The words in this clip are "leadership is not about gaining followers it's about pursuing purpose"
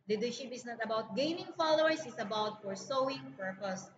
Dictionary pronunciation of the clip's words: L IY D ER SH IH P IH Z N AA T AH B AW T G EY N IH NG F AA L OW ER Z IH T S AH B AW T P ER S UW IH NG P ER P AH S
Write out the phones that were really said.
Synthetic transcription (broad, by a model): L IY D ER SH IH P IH S N AA T AH B AW T G EY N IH NG F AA L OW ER S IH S AH B AW T F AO S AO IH NG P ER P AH S